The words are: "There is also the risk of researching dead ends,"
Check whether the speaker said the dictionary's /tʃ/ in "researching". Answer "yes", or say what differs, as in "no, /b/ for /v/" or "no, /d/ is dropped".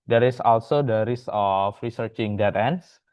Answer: yes